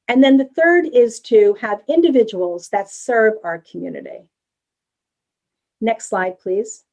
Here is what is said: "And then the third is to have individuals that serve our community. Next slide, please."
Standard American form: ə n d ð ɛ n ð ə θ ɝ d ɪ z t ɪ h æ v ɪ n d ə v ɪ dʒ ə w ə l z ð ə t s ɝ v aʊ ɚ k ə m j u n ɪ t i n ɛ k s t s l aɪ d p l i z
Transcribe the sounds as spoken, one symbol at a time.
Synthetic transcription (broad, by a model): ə n ð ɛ n ð ə θ ɝ d ɪ z t ɪ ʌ v ɪ n d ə v ɪ dʒ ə w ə l z ð ə t s ɝ v aʊ ɚ k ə m j u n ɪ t i n ɛ k s t s l aɪ d p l i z